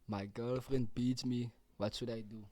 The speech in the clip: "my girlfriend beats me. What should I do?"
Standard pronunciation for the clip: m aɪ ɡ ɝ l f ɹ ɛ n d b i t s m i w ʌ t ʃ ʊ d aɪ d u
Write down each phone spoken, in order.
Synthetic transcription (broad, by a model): m aɪ ɡ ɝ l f ɹ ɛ n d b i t m i w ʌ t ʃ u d aɪ d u